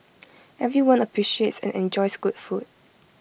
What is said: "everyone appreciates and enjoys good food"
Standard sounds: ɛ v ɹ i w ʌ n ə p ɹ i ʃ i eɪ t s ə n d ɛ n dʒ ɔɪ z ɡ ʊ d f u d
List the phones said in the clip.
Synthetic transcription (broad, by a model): ɛ v ɹ i w ʌ n ə p ɹ i ʃ i eɪ t s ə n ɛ n dʒ ɔɪ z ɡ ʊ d f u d